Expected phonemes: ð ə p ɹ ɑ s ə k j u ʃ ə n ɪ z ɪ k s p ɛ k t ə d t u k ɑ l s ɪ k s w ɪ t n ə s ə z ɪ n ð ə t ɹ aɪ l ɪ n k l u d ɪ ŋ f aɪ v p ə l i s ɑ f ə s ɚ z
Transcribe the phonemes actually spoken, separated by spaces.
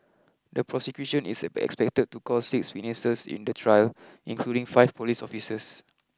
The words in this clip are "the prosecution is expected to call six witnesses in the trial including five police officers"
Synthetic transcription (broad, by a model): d ə p ɹ ɑ s ə k j u ʃ ə n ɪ s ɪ k s p ɛ k t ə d t u k ɑ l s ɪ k s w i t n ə s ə s ɪ n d ə t ɹ aɪ l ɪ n k l u d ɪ ŋ f aɪ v p ə l i s ɑ f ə s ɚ s